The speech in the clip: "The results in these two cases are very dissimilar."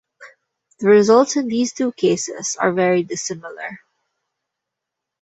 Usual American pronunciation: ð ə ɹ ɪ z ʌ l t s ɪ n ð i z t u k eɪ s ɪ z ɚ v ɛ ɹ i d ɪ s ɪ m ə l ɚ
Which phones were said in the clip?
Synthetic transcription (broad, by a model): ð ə ɹ ɪ z ʌ l t s ɪ n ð i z t u k eɪ s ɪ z ɚ v ɛ ɹ i d ɪ s ɪ m ə l ɚ